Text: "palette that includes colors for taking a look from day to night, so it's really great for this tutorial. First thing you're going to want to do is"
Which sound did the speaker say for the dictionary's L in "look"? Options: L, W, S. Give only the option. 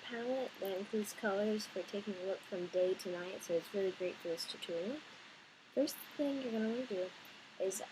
L